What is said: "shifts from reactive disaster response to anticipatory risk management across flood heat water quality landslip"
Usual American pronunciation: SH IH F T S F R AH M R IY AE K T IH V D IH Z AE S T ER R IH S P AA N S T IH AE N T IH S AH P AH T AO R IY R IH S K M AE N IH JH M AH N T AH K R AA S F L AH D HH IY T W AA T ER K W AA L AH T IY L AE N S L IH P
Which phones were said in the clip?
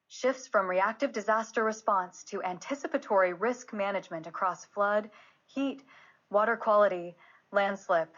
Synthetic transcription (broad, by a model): SH IH F T S F R AH M R IY AE K T IH V D IH Z AE S T ER R IH S P AA N S T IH AE N T IH S AH P AH T AO R IY R IH S K M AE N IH JH M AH N T AH K R AA S F L AH D HH IY T W AA T ER K W AA L AH T IY L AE N S L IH P